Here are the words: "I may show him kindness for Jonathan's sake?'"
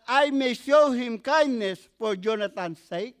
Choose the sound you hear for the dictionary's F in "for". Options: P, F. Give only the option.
P